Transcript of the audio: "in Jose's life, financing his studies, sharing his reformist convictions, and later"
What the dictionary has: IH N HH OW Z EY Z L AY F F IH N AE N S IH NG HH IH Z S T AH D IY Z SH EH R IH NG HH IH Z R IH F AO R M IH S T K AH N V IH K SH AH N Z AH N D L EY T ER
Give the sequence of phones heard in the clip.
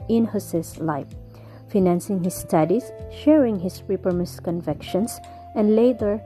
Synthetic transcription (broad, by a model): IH N HH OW S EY S L AY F F IH N AE N S IH NG HH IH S T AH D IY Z SH EH R IH NG HH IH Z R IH P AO R M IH S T K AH N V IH K SH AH N S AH N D L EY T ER